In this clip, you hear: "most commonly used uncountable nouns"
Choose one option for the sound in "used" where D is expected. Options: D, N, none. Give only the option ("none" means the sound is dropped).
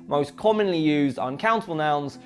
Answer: D